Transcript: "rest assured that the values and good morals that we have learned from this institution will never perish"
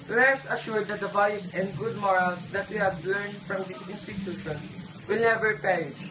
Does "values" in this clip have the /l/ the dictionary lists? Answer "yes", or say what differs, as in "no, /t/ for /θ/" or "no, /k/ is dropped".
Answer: no, /l/ is dropped